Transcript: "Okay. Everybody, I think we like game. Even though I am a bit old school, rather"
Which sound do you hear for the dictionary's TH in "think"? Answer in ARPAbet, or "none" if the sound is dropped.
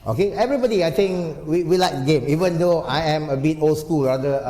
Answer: T